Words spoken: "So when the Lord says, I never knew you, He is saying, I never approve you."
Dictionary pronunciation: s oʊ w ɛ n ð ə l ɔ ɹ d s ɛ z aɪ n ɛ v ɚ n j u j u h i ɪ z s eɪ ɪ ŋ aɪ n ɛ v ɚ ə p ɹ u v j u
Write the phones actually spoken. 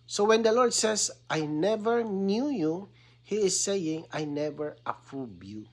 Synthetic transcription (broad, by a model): s oʊ w ɛ n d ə l ɔ ɹ d s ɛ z aɪ n ɛ v ɚ n j u j u h i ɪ s eɪ ɪ ŋ aɪ n ɛ v ɚ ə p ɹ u b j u